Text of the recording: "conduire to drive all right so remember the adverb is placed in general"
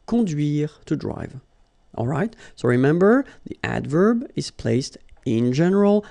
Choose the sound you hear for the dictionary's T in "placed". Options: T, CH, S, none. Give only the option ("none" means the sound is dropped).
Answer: T